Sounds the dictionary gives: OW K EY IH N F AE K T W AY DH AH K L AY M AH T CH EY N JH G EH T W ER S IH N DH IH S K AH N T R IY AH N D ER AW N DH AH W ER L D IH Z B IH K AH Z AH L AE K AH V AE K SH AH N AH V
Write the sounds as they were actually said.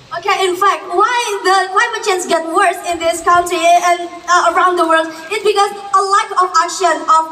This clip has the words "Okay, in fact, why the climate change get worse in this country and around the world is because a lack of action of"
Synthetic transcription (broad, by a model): OW K EY IH N F AE K T W AY DH AH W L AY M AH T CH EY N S G EH T W ER S IH N DH IH S K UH N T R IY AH N ER AW N DH AH W ER L D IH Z B IH K AH Z AH L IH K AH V AE K SH AH N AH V